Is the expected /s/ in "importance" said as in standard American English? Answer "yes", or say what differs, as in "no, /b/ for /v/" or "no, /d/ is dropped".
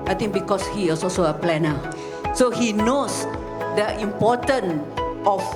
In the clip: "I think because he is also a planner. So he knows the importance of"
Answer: no, /s/ is dropped